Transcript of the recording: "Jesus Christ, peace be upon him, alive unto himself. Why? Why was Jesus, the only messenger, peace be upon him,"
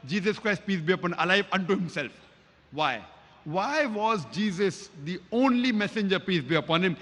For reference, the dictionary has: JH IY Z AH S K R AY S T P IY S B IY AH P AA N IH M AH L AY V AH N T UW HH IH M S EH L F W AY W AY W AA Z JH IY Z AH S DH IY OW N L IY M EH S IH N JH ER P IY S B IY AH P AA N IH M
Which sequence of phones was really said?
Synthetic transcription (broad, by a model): JH IY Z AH S K R AY S T P IY S B IY AH P AA N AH L AY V AH N T UW HH IH M S EH L F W AY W AY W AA Z JH IY Z AH S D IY OW N L IY M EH S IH N JH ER P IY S B IY AH P AA N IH M